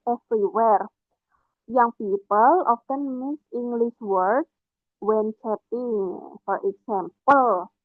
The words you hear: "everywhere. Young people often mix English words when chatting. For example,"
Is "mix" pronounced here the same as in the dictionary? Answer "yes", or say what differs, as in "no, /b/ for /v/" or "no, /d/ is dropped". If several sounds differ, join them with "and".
no, /k/ is dropped